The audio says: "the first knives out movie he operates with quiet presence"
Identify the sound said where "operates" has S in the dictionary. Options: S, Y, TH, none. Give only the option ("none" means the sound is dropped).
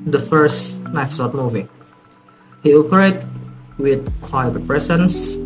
none